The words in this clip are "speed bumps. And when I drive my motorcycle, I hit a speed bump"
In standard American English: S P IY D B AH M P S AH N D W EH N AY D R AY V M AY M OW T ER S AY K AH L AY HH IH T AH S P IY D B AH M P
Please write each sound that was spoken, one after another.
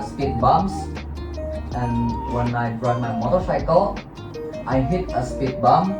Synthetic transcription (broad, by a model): S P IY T B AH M S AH N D W EH N AY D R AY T M AY M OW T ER S AY K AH L AY HH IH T AH S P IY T B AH M